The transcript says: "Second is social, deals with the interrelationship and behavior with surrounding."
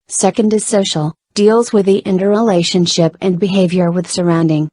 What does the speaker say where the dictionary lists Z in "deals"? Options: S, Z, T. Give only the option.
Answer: Z